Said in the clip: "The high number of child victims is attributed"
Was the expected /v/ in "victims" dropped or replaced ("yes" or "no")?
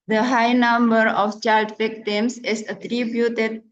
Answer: yes